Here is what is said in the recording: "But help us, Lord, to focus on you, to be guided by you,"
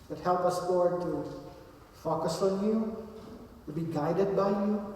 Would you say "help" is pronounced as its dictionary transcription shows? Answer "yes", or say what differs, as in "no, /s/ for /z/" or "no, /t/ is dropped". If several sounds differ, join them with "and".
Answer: yes